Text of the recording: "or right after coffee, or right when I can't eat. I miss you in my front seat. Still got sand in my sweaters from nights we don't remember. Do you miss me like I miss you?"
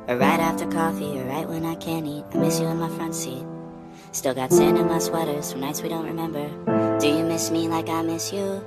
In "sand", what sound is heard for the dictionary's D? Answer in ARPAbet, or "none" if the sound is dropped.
none